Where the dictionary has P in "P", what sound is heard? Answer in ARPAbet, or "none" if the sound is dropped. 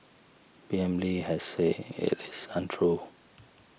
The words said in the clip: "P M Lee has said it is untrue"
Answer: B